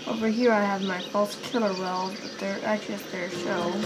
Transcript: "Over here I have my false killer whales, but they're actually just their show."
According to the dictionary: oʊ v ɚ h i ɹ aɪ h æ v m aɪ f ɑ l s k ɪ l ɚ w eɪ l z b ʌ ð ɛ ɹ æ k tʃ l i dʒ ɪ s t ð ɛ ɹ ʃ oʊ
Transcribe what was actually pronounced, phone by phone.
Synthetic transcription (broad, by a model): oʊ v ɚ h i ɹ aɪ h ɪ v m aɪ f ɑ l s k ɪ l ɚ w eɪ l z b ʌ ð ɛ ɹ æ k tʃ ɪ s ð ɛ ɹ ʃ oʊ